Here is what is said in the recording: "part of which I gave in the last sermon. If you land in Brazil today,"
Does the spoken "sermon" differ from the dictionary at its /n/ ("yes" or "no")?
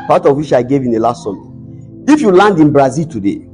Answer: yes